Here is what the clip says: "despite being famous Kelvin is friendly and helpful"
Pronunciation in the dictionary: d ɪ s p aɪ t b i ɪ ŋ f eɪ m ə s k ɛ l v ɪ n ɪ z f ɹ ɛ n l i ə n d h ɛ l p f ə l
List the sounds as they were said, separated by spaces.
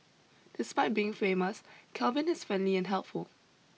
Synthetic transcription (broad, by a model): d ɪ s p aɪ t b i ɪ ŋ f eɪ m ə s k ɛ l v ɪ n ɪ s f ɛ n l i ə n h ɛ l p f ə l